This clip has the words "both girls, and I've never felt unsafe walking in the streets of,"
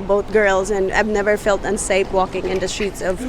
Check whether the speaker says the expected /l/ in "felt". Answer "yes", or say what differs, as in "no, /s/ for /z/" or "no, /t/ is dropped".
yes